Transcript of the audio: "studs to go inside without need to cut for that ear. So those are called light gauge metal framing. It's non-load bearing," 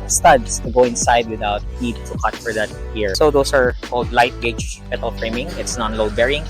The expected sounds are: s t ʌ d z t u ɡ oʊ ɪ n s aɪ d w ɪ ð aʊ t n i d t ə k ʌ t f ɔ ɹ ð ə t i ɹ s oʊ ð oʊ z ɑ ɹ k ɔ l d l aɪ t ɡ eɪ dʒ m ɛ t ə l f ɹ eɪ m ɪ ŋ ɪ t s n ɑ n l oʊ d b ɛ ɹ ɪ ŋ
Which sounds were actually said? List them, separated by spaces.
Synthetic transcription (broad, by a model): s t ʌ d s t u ɡ oʊ ɪ n s aɪ d w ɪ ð aʊ t n i d t ə k ʌ t f ɔ ɹ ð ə t i ɹ s oʊ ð oʊ s ɑ ɹ k ɔ l d l aɪ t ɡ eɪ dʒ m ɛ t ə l f ɹ eɪ m ɪ ŋ ɪ t s n ɑ n l oʊ d b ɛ ɹ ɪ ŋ